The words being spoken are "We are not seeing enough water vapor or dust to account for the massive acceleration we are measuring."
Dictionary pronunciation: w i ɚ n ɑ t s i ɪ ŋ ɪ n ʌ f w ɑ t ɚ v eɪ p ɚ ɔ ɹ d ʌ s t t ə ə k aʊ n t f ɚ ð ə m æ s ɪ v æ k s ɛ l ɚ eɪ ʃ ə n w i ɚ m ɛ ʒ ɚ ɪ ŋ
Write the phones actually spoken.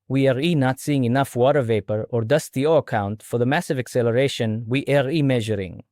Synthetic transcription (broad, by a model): w i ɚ n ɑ t s i ɪ ŋ ɪ n ʌ f w ɑ t ɚ v eɪ p ɚ ɔ ɹ d ʌ s t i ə ə k aʊ n t f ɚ ð ə m æ s ɪ v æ k s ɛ l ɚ eɪ ʃ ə n w i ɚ m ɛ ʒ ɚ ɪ ŋ